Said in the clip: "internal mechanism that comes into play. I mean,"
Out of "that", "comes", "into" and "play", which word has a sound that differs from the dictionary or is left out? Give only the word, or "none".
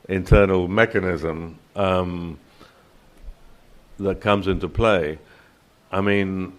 none